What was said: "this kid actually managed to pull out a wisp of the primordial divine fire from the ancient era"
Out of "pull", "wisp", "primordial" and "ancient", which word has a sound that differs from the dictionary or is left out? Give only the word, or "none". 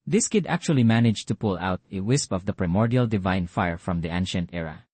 none